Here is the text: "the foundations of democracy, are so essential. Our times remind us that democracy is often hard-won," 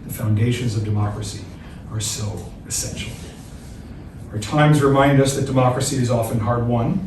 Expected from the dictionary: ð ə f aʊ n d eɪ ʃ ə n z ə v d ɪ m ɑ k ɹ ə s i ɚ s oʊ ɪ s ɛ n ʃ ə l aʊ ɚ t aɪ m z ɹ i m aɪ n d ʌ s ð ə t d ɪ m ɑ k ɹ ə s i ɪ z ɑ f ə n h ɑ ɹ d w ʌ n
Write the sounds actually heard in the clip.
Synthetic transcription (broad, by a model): ð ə f aʊ n d eɪ ʃ ə n z ə v d ɪ m ɑ k ɹ ə s i ɚ s oʊ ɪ s ɛ n ʃ l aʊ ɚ t aɪ m z ɹ i m aɪ n d ʌ s ð ə t d ɪ m ɑ k ɹ ə s i ɪ z ɑ f ə n h ɑ ɹ d w ʌ n